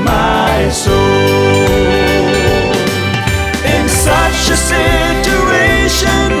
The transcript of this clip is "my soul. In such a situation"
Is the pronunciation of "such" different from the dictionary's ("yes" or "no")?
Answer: yes